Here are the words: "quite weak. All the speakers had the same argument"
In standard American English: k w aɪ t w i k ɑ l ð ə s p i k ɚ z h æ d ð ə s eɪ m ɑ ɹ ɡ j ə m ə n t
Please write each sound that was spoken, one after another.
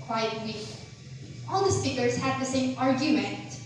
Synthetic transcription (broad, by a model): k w aɪ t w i ɑ l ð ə s p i k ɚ s h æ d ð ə s eɪ m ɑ ɹ ɡ j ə m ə n t